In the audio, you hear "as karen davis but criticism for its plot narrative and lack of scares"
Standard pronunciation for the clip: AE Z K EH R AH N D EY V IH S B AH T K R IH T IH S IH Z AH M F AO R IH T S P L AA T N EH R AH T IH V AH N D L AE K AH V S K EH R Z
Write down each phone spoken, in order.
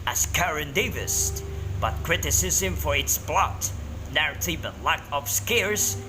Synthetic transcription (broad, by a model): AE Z K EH R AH N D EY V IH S B AH T K R IH T IH S IH Z AH M F AO R IH T S B L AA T N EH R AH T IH B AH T L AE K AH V S K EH R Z